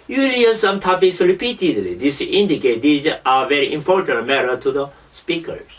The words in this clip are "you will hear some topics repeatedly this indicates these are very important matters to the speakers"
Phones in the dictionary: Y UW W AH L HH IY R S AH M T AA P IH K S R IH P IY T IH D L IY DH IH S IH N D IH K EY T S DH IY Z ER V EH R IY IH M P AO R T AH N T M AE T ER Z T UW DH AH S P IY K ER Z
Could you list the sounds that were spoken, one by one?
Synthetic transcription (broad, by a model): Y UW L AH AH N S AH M T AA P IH S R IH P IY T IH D L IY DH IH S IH N D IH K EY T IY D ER V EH R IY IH M P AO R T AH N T M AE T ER T UW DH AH S P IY K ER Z